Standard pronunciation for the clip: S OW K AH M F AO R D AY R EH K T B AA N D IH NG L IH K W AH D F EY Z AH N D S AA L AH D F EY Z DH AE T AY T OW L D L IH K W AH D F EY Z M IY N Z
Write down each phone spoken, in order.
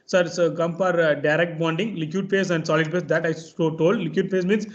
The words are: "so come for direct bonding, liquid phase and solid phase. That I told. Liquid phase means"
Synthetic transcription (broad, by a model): S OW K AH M P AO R D AY R EH K T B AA N D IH NG L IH K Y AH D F EY S AH N D S AA L AH D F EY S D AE T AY T OW L D L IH K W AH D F EY S M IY N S